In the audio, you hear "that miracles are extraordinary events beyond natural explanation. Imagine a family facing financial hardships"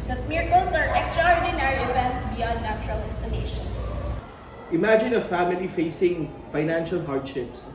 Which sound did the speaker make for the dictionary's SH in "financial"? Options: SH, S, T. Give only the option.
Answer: SH